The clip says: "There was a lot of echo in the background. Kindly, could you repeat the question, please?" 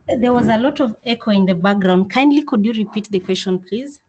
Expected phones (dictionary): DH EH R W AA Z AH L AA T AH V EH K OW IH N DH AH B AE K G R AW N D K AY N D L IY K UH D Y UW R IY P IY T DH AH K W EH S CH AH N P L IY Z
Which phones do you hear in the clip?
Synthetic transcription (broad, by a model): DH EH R W AA Z AH L AA T AH V EH K OW IH N DH AH B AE K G R AW N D K AY N D L IY K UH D Y UW R IY P IY T DH AH K W EH S CH AH N P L IY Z